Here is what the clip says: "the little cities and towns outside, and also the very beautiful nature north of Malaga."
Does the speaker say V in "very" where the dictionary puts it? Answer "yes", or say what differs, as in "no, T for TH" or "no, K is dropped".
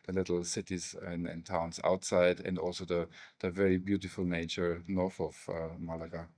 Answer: yes